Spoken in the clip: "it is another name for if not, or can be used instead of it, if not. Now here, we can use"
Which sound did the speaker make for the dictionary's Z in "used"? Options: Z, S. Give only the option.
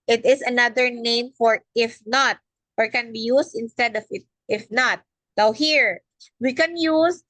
S